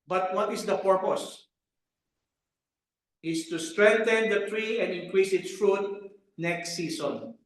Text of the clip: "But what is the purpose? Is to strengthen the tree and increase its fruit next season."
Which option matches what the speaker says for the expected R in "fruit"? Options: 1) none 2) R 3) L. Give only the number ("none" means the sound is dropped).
2